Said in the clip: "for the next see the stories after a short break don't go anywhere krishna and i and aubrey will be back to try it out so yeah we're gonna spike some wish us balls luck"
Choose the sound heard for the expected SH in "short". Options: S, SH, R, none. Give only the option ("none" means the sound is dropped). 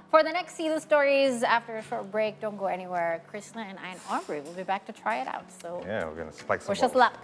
SH